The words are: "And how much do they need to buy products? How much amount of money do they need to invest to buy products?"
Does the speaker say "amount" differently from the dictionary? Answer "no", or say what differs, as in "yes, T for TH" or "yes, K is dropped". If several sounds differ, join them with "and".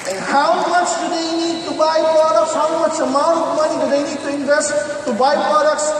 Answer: yes, N is dropped